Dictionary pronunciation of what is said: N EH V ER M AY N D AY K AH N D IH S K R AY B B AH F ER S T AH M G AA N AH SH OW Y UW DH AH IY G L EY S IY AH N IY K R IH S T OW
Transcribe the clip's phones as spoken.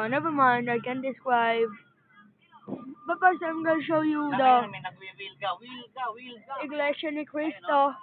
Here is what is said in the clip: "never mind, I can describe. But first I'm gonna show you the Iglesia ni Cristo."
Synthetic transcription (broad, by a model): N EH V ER M AY N D AY K AH N D IH S K R AY B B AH P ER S AH M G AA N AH SH OW Y UW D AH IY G L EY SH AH N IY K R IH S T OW